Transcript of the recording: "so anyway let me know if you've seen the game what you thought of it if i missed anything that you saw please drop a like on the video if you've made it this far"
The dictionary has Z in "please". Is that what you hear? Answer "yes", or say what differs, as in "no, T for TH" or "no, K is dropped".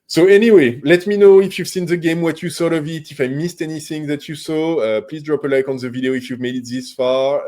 yes